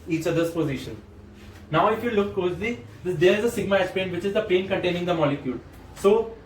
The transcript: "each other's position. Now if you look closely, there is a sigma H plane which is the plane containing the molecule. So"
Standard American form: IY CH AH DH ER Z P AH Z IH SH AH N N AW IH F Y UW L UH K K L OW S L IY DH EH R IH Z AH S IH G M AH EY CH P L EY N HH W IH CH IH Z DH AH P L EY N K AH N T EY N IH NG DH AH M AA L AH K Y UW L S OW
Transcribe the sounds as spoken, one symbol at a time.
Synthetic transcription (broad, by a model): IY CH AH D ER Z P AH Z IH SH AH N N AW IH F Y UW L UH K K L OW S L IY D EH R IH Z AH S IH G M AH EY S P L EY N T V IH CH IH Z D AH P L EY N K AH N T EY N IH NG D AH M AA L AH K Y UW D S OW